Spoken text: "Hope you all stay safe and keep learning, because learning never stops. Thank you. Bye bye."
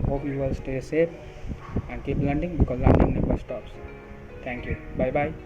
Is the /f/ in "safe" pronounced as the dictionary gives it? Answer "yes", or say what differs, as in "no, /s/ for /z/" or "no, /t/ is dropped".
no, /p/ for /f/